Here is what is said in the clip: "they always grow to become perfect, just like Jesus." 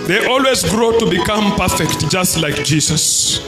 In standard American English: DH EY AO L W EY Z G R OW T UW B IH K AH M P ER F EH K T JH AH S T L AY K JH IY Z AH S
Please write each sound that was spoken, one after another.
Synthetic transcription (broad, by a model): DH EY AO L W EY Z G R OW T UW B IH K AH M P ER F EH K T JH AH S T L AY K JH IY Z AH S